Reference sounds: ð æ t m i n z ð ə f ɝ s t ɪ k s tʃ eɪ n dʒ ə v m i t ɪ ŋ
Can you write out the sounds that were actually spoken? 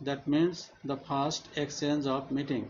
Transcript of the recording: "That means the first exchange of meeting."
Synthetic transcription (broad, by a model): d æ t m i n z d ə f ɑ s t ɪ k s eɪ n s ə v m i t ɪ ŋ